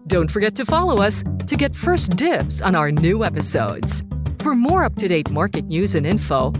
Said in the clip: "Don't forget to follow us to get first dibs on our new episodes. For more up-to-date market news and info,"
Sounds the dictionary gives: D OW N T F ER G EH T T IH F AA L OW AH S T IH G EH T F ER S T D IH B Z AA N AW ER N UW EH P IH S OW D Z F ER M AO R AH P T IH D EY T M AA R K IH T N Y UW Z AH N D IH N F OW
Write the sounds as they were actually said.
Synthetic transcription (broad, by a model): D OW N T F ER G EH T T IH F AA L OW AH S T IH G EH T F ER S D IH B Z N AW ER N UW EH P IH S OW D Z F ER M AO R AH P T IH D EY T M AA R K IH T N Y UW Z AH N IH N F OW